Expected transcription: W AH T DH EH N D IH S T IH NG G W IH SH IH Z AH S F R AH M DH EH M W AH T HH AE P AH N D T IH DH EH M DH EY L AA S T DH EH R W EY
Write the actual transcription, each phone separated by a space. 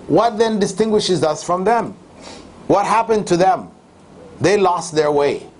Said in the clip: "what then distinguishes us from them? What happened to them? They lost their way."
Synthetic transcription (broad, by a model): W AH T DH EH N D IH S T IH NG G W IH SH IH Z AH S F R AH M DH EH M W AH T HH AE P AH N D T IH DH EH M DH EY L AA S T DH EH R W EY